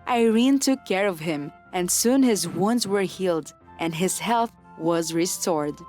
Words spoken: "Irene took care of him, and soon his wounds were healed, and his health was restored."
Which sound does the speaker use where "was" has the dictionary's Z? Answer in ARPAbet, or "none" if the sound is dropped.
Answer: Z